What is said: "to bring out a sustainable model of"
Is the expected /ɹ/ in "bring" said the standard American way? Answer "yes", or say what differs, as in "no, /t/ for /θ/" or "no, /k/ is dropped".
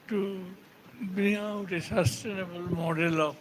no, /ɹ/ is dropped